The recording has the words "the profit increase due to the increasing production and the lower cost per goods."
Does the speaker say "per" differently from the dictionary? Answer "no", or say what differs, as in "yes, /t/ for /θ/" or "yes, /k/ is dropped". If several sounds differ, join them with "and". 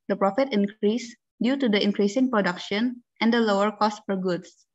yes, /f/ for /p/